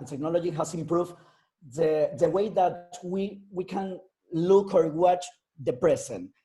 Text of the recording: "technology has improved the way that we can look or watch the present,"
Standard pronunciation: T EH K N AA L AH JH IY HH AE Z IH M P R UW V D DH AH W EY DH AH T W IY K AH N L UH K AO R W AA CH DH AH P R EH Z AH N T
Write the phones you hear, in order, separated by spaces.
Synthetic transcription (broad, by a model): T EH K N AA L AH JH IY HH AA S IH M P R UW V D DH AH W EY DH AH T W IY K AH N L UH K AO R W AA CH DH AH P R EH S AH N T